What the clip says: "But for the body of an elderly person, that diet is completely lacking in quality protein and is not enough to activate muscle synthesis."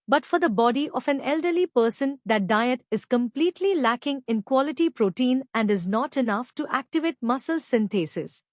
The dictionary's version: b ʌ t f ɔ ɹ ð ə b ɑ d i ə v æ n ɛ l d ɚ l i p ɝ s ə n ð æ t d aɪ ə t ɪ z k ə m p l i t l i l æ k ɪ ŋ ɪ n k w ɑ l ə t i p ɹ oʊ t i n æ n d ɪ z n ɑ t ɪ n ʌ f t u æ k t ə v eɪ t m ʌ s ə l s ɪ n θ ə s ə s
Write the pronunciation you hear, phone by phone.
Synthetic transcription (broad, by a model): b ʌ t f ɔ ɹ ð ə b ɑ d i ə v æ n ɛ l d ɚ l i p ɝ s ə n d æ t d aɪ ə t ɪ z k ə m p l i t l i l æ k ɪ ŋ ɪ n k w ɑ l ə t i p ɹ oʊ t i n æ n d ɪ z n ɑ t ɪ n ʌ f t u æ k t ə v eɪ t m ʌ s ə l s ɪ n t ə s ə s